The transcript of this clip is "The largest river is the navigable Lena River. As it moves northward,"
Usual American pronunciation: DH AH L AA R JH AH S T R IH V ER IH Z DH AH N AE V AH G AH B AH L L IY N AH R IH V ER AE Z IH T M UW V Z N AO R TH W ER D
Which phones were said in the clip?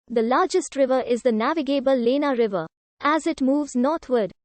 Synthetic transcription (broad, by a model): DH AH L AA R JH AH S T R IH V ER IH Z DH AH N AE V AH G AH B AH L L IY N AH R IH V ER AE Z IH T M UW V Z N AO R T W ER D